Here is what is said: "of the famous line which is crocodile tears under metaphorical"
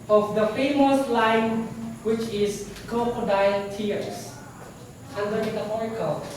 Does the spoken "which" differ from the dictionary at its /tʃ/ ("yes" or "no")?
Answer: no